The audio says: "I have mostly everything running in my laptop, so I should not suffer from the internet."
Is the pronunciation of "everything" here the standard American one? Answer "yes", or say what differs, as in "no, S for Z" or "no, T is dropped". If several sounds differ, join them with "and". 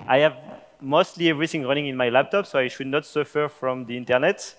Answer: yes